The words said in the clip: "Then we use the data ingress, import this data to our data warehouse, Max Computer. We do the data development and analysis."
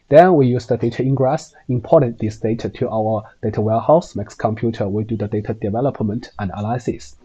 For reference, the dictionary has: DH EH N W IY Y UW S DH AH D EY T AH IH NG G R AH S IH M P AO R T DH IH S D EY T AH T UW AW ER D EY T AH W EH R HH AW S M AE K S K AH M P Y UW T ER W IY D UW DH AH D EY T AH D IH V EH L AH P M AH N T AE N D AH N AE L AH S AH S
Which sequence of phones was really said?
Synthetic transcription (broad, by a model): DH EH N W IY Y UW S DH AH D EY T AH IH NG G R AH S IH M P AO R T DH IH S D EY T AH T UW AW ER D EY T AH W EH L HH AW S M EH K S K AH M P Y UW T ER W IY D UW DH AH D EY T AH D IH V EH L AH P M AH N T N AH N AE L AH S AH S